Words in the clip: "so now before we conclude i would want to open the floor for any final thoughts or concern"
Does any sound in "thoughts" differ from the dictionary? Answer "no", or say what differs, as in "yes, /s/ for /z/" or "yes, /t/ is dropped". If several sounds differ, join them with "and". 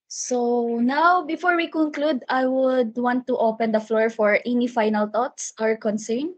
yes, /t/ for /θ/